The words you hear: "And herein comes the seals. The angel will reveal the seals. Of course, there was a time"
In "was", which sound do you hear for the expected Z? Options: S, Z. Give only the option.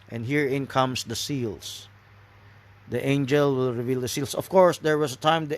S